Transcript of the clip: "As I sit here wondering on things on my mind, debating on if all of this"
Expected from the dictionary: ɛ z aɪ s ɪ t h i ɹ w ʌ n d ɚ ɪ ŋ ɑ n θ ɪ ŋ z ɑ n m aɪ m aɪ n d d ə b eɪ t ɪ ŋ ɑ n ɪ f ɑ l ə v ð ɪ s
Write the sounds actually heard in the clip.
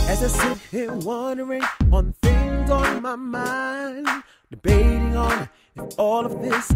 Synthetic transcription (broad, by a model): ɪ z aɪ s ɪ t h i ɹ w ʌ n d ɚ ɪ ŋ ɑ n f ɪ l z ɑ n m aɪ m aɪ n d d ə b eɪ t ɪ ŋ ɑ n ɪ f ɑ l ə v ð ɪ s